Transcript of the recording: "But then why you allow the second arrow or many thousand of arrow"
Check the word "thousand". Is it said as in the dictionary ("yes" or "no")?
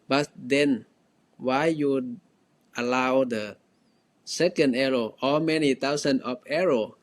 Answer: no